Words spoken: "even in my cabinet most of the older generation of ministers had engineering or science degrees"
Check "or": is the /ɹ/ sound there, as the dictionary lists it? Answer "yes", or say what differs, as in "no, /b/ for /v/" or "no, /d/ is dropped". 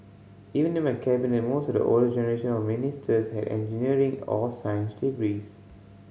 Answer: no, /l/ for /ɹ/